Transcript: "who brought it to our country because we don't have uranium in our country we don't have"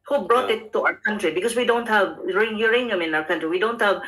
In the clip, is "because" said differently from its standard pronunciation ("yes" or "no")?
yes